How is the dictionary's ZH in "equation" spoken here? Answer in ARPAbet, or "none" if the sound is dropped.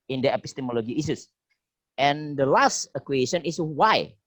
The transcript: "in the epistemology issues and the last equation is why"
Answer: S